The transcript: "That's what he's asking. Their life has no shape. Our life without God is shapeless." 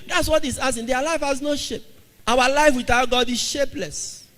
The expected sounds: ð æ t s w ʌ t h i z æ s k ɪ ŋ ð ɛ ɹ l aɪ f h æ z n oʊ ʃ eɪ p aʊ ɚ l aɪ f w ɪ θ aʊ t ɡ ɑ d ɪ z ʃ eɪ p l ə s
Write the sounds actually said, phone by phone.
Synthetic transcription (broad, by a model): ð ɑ t s w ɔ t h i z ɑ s ɪ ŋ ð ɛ l aɪ f h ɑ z n oʊ ʃ eɪ p aʊ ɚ l aɪ f w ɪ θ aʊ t ɡ ɑ d ɪ z ʃ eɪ p l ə s